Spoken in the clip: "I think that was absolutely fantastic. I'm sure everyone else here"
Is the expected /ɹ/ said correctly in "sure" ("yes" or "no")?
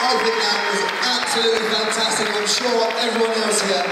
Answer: no